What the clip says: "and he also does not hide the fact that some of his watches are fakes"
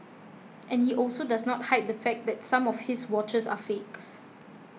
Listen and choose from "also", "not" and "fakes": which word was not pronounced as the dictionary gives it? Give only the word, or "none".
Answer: none